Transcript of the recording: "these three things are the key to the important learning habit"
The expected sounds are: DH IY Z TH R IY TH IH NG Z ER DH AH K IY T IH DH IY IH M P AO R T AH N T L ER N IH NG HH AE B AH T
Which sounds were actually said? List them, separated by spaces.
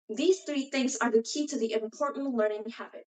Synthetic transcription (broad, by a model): DH IY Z TH R IY TH IH NG Z ER DH AH K IY T IH DH IY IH M P AO R T N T L ER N IH NG HH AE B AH T